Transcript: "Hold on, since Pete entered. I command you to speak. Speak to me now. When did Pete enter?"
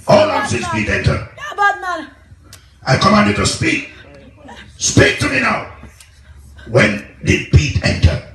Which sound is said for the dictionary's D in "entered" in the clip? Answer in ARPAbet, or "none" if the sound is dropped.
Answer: none